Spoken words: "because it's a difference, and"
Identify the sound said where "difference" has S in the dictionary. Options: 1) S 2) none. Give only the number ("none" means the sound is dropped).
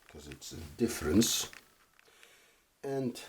1